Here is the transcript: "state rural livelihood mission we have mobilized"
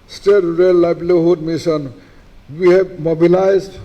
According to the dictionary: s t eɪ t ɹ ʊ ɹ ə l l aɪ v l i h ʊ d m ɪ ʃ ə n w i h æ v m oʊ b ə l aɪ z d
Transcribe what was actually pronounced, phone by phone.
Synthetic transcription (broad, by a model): s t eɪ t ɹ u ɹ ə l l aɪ b l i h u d m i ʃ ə n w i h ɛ b m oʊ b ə l aɪ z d